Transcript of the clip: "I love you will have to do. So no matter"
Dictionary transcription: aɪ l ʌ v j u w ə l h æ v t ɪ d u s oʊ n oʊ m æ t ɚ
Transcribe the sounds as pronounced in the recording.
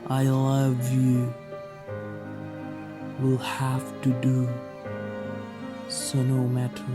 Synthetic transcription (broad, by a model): aɪ l ʌ v j u w ə l h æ f t ɪ d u s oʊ n oʊ m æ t